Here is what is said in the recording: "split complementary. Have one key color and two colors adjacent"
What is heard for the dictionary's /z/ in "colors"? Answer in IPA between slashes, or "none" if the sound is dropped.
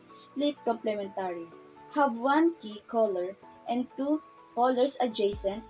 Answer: /s/